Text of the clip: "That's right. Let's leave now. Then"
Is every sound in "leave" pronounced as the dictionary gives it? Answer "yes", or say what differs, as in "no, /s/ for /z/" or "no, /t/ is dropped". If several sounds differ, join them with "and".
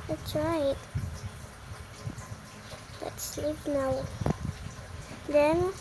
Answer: no, /p/ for /v/